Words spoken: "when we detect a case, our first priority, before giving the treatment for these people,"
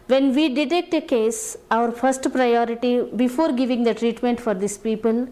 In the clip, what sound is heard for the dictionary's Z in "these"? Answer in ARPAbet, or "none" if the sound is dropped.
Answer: S